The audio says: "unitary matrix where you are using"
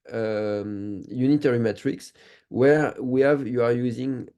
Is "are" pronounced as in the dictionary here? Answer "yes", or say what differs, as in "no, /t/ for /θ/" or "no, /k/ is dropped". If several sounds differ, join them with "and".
yes